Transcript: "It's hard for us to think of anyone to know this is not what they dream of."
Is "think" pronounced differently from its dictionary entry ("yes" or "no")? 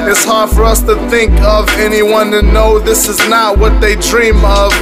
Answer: no